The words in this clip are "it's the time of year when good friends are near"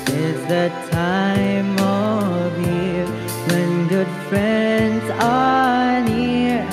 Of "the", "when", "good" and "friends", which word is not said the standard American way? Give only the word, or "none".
none